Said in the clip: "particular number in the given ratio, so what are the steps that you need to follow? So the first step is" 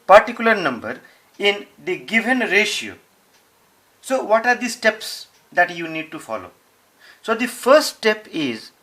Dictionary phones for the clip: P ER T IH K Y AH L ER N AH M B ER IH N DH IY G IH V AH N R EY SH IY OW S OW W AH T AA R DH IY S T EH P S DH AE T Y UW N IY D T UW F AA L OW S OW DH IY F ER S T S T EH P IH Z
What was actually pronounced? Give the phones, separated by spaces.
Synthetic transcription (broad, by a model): P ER T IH K Y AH L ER N AH M B ER IH N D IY G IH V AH N R EY SH IY OW S OW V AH T AA R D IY S T EH P S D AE T Y UW N IY D T UW F AA L OW S OW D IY F ER S T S T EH P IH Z